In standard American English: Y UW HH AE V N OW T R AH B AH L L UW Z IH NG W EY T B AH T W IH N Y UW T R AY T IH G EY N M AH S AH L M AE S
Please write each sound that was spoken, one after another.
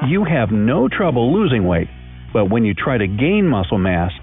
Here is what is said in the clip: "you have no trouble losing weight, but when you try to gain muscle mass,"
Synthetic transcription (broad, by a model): Y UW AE V N OW T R AH B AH L L UW Z IH NG W EY T B AH T W IH N Y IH T R AY T IH G EY N M AH S L M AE S